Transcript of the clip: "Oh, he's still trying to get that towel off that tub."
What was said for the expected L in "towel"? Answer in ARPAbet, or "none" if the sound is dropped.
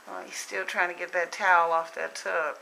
L